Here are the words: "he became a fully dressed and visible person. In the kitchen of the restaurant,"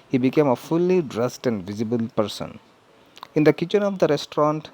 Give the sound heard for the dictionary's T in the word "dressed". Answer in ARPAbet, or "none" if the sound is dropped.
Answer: T